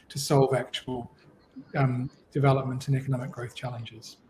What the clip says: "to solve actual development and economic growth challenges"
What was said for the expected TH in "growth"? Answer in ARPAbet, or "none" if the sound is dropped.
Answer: TH